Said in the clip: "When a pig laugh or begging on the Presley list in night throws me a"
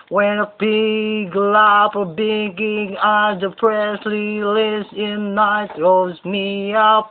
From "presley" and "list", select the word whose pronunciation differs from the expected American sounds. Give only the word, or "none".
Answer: list